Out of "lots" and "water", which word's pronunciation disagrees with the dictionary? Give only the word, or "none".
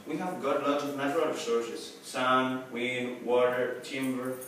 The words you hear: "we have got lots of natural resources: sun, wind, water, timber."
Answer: lots